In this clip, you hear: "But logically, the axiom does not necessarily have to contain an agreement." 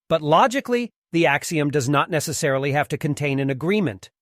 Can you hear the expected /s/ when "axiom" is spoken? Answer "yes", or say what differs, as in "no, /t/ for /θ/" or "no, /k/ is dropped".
yes